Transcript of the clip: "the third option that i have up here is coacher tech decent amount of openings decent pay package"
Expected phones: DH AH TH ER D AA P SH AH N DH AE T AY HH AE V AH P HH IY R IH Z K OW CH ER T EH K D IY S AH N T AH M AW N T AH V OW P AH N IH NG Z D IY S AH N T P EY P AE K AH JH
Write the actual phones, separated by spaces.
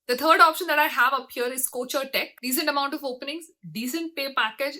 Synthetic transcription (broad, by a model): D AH T ER D AA P SH AH N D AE T AY HH AE V AH P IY R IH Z K OW CH ER T EH K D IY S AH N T AH M AW N T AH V OW P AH N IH NG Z D IY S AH N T P EY P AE K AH JH